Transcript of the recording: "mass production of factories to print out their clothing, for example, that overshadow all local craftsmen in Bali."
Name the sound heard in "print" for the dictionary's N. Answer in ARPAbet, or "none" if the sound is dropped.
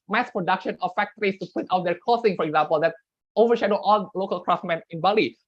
none